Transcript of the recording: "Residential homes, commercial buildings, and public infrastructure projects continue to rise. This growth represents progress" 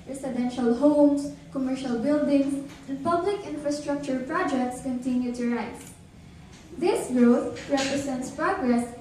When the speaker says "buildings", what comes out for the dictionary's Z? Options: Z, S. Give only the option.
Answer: S